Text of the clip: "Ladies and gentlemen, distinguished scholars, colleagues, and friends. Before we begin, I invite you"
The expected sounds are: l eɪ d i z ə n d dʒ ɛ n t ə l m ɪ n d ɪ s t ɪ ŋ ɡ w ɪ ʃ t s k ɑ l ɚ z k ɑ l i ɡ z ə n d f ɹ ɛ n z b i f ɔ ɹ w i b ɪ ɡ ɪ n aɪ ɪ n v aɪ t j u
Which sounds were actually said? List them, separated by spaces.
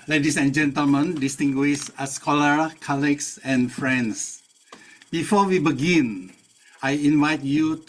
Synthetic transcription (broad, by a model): l eɪ d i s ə n dʒ ɛ n t ə l m ɪ n d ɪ s t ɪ ŋ ɡ w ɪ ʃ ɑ s k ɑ l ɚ k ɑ l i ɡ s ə n f ɹ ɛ n s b i f ɔ w i b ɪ ɡ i n aɪ ɪ n v aɪ t j u